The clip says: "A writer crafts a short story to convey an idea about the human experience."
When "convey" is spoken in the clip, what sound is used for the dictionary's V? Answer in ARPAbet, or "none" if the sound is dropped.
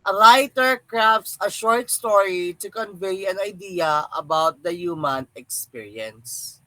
V